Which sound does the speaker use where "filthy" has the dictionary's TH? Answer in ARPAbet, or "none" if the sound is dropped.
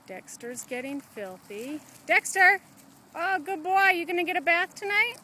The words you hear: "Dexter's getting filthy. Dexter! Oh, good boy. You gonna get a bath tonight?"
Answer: TH